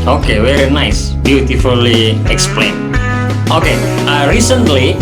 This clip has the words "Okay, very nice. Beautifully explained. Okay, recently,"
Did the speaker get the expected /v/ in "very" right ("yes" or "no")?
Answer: no